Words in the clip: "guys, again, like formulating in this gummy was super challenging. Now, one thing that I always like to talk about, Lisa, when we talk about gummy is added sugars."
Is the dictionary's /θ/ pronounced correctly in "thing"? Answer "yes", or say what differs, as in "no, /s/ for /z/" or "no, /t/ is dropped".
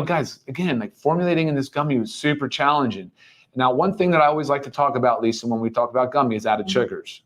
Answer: yes